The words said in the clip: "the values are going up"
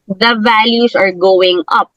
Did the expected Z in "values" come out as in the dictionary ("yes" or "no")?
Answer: no